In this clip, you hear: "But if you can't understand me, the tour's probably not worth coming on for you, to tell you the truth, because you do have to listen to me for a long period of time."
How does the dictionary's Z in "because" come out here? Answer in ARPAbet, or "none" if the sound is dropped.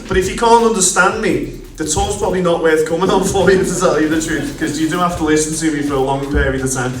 none